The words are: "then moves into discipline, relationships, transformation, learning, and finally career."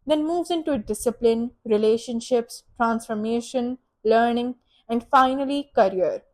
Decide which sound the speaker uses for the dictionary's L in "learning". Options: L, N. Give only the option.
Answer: L